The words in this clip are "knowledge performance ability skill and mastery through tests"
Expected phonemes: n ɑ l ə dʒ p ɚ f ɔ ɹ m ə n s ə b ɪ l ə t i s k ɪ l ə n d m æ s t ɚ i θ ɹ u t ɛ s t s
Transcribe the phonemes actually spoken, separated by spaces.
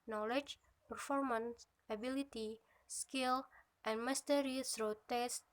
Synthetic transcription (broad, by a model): n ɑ l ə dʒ p ɚ f ɔ ɹ m ə n s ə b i l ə t i s k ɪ l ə n m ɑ s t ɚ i s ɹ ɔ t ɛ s s